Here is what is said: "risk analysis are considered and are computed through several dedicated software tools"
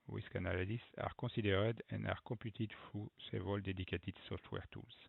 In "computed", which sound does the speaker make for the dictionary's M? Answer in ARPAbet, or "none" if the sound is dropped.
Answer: none